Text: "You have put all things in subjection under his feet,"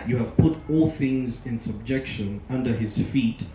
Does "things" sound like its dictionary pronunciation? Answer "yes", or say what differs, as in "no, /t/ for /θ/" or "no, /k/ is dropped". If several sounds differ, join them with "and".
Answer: yes